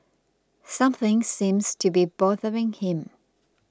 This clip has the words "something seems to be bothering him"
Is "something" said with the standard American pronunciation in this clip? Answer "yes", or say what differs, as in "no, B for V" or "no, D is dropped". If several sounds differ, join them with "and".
yes